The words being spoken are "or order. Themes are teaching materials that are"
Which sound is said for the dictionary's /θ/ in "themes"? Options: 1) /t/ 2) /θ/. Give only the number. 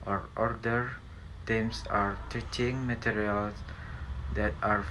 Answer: 1